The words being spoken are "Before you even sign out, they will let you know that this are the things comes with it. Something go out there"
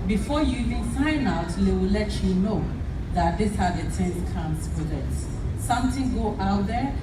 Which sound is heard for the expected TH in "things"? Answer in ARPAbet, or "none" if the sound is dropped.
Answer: T